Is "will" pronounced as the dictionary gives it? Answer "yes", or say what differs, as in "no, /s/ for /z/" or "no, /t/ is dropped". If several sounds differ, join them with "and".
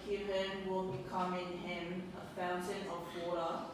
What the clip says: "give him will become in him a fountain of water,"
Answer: yes